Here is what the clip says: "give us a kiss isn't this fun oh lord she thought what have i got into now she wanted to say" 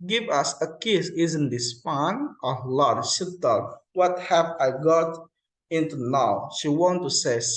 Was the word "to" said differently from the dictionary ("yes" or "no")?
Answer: yes